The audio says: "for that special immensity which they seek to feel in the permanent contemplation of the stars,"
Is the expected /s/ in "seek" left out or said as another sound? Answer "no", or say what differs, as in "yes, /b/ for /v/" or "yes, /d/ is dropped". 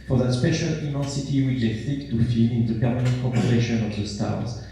yes, /θ/ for /s/